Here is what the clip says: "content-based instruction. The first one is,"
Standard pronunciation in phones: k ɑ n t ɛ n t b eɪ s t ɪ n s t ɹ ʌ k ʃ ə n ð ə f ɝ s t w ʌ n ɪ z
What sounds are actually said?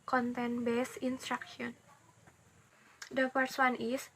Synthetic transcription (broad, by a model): k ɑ n t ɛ n b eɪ s ɪ n s t ɹ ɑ k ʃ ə n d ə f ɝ s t w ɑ n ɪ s